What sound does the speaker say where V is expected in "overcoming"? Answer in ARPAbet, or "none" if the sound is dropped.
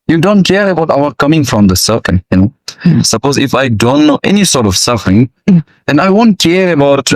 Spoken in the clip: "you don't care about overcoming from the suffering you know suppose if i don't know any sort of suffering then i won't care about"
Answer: none